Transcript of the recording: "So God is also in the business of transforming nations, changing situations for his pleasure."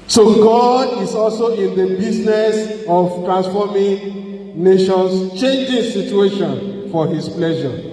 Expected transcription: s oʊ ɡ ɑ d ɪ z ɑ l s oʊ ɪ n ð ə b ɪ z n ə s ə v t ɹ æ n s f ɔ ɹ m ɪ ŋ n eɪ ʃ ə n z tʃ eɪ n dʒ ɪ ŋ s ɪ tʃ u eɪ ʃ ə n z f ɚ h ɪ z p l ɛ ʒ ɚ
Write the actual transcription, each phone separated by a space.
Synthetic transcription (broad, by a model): s oʊ ɡ ɑ d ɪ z ɑ l s oʊ ɪ n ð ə b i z n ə s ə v t ɹ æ n s f ɔ m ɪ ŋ n eɪ ʃ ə n s tʃ eɪ n dʒ ɪ ŋ s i tʃ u eɪ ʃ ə n f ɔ h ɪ s p l ɛ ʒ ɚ